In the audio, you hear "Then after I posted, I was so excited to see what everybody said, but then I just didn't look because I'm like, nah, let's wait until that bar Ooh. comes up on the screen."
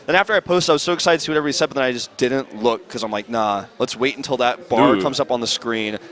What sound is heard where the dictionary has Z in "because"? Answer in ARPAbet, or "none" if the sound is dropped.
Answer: none